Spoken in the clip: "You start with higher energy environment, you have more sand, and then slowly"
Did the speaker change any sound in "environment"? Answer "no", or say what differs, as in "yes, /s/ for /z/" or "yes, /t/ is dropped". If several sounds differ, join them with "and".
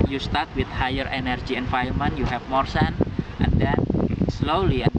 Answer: yes, /ɹ/ is dropped